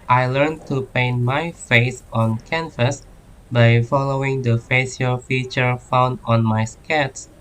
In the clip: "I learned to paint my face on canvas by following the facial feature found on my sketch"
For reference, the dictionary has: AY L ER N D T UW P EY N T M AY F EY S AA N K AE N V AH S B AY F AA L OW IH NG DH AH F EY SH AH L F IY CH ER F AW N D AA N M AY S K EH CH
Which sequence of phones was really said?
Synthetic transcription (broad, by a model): AY L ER N T UW P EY N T M AY F EY S AA N K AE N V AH S B AY F AA L OW IH NG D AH F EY S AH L F IY CH ER F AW N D AA N M AY S K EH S